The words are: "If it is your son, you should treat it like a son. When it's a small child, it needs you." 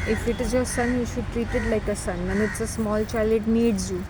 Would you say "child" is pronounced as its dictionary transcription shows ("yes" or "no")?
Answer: no